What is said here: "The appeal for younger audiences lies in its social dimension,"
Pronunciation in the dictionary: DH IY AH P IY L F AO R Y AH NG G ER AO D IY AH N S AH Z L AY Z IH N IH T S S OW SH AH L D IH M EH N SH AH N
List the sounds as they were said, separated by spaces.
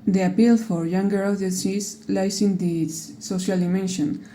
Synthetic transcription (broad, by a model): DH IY AH P IY L F AO R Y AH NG G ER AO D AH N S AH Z L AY S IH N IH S S OW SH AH L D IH M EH N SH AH N